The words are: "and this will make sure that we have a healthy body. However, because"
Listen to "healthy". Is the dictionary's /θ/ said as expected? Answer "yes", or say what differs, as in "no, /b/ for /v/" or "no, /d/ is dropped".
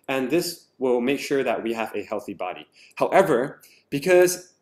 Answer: yes